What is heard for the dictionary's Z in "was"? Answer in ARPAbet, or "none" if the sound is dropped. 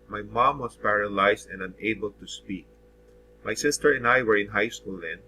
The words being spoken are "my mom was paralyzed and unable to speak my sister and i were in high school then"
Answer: S